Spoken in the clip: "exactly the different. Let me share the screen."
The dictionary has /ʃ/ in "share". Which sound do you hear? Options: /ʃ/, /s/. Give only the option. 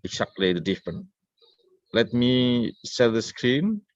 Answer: /s/